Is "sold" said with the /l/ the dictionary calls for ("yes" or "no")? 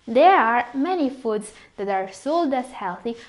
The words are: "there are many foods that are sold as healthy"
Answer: yes